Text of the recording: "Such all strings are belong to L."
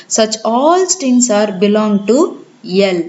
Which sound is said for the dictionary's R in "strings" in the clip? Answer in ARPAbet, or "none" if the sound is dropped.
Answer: none